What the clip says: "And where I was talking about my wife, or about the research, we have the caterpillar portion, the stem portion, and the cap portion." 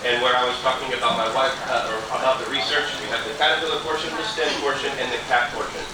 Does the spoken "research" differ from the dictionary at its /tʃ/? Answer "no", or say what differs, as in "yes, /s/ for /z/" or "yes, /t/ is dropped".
no